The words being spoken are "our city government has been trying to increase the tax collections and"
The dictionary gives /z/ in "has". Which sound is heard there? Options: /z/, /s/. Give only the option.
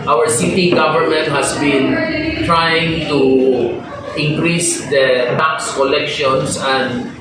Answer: /s/